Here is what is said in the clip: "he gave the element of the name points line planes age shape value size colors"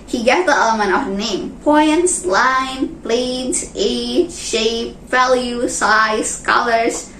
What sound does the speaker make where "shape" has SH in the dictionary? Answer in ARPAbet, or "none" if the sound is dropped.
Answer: SH